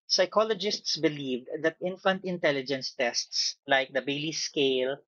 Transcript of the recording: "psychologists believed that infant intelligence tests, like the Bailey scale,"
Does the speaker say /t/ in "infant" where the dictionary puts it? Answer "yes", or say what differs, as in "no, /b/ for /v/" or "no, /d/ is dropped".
yes